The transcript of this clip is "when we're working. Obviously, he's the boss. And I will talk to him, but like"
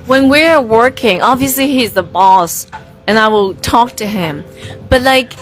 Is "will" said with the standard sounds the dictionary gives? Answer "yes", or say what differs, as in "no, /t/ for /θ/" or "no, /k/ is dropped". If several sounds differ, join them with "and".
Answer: yes